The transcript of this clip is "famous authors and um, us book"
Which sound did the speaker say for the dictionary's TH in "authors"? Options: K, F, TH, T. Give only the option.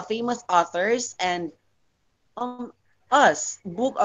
TH